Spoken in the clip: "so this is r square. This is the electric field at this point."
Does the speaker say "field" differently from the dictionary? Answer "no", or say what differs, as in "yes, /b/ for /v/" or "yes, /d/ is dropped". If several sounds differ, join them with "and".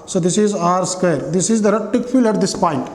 yes, /d/ is dropped